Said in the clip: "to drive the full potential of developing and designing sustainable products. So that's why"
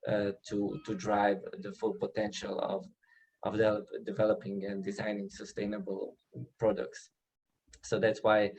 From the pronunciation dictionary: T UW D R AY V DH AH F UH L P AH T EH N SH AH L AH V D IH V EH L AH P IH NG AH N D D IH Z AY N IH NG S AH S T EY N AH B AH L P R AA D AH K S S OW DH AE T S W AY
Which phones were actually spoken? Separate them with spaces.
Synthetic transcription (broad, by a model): T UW D R AY V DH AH F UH L P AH T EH N SH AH L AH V D IH V EH L AH P IH NG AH N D D IH Z AY N IH NG S AH S T EY N AH B AH L P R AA D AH K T S OW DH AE T S W AY